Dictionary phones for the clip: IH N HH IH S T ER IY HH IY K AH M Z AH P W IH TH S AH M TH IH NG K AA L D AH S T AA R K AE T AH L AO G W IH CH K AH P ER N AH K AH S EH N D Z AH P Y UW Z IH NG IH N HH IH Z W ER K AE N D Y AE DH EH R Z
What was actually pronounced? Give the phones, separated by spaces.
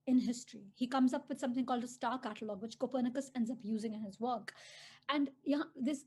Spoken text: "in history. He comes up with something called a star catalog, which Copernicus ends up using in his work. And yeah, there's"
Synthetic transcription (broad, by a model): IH N HH IH S T ER IY HH IY K AH M Z AH P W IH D S AH M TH IH NG K AA L D AH S T AA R K AE T AH L AO G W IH CH K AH P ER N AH K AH S EH N D Z AH P Y UW Z IH NG IH N HH IH Z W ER K AE N D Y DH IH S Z